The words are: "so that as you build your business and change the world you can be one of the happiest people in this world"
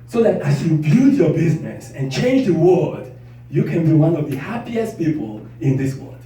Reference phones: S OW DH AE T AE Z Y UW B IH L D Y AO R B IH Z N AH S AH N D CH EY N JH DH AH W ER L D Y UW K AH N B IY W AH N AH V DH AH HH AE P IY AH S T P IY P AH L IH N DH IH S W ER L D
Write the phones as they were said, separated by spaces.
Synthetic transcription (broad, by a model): S OW DH AE T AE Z Y UW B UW D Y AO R B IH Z N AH S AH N CH EY N JH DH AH W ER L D Y UW K AH N B IY W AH N AH V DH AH HH AE P IY AH S T P IY P AH L IH N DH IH S W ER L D